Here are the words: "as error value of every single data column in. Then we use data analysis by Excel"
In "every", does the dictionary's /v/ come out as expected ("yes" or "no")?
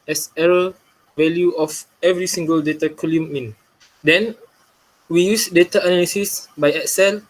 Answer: yes